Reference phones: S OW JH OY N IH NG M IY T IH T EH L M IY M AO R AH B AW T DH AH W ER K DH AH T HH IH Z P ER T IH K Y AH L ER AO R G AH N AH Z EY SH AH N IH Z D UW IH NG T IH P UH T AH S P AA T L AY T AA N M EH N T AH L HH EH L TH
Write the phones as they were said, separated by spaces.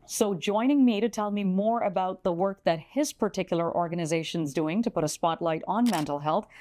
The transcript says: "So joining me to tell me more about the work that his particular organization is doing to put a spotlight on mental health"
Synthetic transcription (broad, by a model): S OW JH OY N IH NG M IY T IH T EH L M IY M AO R AH B AW T DH AH W ER K DH AH T HH IH Z P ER T IH K Y L ER AO R G AH N AH Z EY SH AH N Z D UW IH NG T IH P UH T AH S P AA T L AY T N M EH N T L HH EH L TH